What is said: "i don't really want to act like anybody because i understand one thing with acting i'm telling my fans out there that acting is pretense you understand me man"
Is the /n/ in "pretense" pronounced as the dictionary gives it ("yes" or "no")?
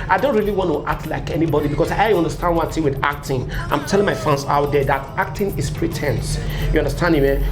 yes